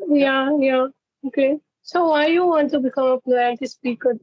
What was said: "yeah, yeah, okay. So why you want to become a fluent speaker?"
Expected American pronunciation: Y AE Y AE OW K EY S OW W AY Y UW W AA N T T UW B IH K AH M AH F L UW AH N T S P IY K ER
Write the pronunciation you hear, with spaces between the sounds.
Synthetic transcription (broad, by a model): Y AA Y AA OW K EY S OW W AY Y UW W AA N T T UW B IH K AH M AH P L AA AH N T S P IY K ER